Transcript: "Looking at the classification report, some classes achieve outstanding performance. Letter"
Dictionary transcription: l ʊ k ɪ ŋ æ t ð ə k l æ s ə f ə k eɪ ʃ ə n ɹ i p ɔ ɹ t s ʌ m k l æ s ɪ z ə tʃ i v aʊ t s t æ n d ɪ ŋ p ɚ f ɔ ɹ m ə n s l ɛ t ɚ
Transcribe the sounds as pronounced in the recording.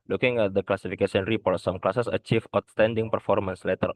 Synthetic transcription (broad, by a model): l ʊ k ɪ ŋ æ t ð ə k l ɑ s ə f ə k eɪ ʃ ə n ɹ i p ɔ ɹ t s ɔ m k l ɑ s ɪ s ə tʃ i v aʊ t s t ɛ n d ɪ ŋ p ɚ f ɔ ɹ m ə n s l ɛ t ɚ